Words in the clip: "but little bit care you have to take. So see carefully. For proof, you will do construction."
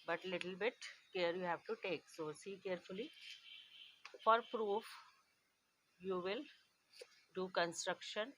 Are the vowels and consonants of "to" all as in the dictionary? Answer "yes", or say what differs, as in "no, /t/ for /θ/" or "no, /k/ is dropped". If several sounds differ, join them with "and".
yes